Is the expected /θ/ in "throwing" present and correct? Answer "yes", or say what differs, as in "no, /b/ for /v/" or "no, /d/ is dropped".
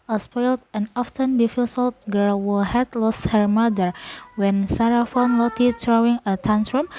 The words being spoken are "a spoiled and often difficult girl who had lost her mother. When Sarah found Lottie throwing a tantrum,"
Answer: no, /t/ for /θ/